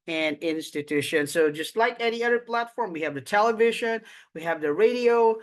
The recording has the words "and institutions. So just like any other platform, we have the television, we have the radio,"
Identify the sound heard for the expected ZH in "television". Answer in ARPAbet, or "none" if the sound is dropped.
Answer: ZH